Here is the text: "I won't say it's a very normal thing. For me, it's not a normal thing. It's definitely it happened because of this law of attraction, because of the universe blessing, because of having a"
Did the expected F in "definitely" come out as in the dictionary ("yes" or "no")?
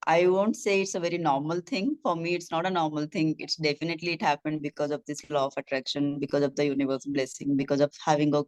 yes